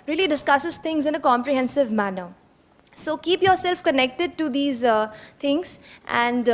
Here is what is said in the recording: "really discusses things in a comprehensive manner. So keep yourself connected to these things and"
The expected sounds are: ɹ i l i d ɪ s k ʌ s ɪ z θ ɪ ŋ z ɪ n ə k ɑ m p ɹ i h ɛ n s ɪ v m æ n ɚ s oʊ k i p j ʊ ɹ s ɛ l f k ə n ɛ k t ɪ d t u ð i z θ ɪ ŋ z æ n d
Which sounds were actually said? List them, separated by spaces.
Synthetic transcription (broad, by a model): ɹ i l i d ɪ s k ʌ s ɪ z t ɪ ŋ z ɪ n ə k ɑ m p ɹ i h ɛ n s ɪ v m æ n ɚ s oʊ k i p j ʊ ɹ s ɛ l f k ə n ɛ k t ɪ d t u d i z t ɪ ŋ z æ n d